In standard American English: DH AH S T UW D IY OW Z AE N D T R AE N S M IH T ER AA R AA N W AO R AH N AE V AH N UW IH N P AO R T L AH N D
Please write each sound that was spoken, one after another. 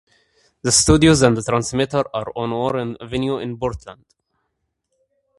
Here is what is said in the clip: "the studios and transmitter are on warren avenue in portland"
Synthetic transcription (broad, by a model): DH AH S T UW D IY OW Z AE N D T R AE N S M IH T ER AA R AA N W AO R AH N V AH N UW IH N B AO R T L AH N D